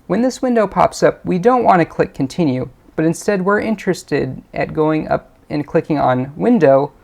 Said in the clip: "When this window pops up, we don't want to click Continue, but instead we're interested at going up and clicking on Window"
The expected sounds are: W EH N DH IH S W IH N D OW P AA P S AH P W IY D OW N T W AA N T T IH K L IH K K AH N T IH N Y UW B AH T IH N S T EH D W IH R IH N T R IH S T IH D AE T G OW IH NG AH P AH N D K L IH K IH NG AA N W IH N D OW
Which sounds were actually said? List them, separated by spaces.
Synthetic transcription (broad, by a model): W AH N DH IH S W IH N D OW P AA P S AH P W IY D OW N T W AA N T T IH K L IH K K N T IH N Y UW B AH T IH N S T EH D W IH R IH N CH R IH S T IH D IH T G OW IH NG AH P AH N K L IH K IH NG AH N W IH N D OW